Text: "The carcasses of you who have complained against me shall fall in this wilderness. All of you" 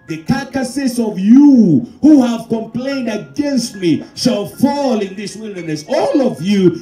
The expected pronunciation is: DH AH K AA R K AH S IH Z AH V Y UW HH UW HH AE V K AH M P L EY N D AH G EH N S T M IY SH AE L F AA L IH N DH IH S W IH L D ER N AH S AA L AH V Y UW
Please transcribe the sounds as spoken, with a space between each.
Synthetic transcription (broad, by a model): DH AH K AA K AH S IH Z AH V Y UW HH UW HH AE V K AH M P L EY N D AH G EH N S T M IY SH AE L F AA L IH N DH IH S W IH L D ER N AH S AA L AH V Y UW